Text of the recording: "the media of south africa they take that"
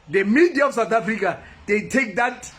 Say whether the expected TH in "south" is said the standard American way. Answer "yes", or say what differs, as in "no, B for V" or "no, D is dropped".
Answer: no, T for TH